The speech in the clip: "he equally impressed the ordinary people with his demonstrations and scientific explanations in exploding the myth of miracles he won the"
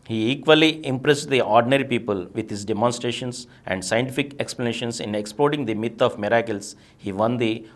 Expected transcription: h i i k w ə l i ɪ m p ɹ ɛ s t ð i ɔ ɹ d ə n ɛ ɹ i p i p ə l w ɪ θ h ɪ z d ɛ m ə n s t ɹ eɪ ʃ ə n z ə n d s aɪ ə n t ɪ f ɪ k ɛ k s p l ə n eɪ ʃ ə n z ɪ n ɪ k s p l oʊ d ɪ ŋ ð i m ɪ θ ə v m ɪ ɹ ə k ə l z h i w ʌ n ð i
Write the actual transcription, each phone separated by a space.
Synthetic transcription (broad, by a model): h i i k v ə l i ɪ m p ɹ ɛ s t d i ɔ ɹ d ə n ɛ ɹ i p i p ə l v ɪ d h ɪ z d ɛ m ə n s t ɹ eɪ ʃ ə n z ə n d s aɪ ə n t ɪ f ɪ k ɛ k s p l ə n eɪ ʃ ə n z ɪ n ɪ k s p l oʊ d ɪ ŋ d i m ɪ t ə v m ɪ ɹ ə k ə l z h i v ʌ n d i